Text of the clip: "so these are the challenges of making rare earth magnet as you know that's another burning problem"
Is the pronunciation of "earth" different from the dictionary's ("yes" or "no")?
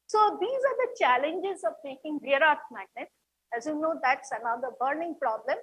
yes